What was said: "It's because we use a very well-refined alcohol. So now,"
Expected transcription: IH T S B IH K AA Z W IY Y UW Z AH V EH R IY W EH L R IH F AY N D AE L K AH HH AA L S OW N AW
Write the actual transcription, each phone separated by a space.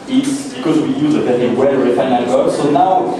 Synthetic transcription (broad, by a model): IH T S B IH K AA Z W IY Y UW Z AH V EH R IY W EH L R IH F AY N AA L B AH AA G S OW N AW